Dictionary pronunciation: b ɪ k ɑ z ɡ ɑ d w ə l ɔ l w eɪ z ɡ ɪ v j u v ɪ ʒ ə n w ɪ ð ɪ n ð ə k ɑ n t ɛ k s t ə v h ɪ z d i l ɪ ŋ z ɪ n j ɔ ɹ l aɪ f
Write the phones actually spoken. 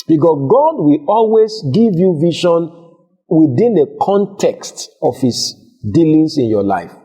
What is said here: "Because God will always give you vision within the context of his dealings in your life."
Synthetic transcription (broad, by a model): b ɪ k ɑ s ɡ ɑ d w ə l ɔ l w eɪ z ɡ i v j u v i ʃ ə n w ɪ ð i n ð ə k ɑ n t ɛ k s t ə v h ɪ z d i l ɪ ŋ s ɪ n j ɔ l aɪ f